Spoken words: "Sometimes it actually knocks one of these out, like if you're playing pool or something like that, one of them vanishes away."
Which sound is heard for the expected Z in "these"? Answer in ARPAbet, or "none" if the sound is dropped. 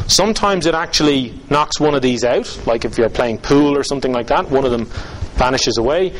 Z